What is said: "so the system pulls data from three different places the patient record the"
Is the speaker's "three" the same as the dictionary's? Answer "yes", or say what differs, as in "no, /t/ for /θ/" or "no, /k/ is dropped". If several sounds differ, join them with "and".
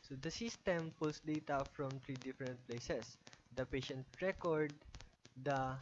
no, /t/ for /θ/